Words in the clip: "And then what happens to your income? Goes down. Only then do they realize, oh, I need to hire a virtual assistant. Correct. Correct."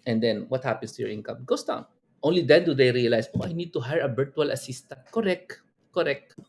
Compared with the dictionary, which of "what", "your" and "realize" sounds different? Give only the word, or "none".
realize